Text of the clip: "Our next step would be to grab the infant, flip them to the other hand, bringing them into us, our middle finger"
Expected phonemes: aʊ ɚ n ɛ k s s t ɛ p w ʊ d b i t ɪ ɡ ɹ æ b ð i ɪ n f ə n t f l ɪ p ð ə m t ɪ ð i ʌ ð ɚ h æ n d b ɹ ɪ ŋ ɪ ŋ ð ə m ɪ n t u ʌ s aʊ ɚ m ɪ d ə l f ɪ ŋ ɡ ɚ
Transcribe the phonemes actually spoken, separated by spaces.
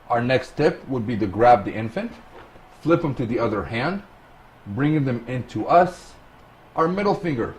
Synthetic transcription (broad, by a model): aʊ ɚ n ɛ k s s t ɛ p w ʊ d b i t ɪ ɡ ɹ æ b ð i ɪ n f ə n t f l ɪ p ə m t ɪ ð i ʌ ð ɚ h æ n d b ɹ ɪ ŋ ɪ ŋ ð ə m ɪ n t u ʌ s aʊ ɚ m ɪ d l f ɪ ŋ ɡ ɚ